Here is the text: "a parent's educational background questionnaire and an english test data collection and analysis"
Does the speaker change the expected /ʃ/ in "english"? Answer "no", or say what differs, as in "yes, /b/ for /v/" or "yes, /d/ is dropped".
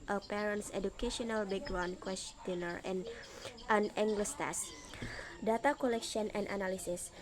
yes, /s/ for /ʃ/